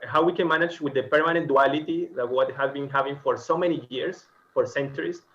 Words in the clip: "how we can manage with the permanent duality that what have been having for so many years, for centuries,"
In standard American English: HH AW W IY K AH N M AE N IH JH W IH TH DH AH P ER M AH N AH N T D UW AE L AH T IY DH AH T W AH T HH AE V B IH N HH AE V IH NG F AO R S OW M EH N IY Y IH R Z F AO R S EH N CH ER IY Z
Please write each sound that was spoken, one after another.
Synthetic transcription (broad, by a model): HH AW W IY K AH N M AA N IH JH W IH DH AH P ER M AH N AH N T D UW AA L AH T IY DH AH T W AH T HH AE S B IH N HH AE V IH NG F AO R S OW M EH N IY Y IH R S F AO R S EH N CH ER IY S